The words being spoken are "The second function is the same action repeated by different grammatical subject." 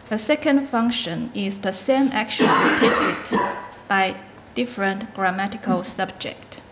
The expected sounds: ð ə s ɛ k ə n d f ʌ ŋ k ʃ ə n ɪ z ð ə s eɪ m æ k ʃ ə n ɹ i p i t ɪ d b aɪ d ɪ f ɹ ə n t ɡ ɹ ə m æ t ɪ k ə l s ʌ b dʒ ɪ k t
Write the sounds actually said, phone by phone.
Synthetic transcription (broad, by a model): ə s ɛ k ə n d f ʌ ŋ k ʃ ə n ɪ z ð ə s eɪ m æ k ʃ ə n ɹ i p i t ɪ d b aɪ d ɪ f ɹ ə n t ɡ ɹ ə m æ t ɪ k ə l s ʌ b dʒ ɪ k t